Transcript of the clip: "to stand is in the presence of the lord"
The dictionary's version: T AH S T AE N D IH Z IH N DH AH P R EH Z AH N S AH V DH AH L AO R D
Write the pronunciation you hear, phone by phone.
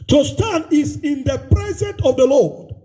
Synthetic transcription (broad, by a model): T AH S T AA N IH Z IH N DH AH P R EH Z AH N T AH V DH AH L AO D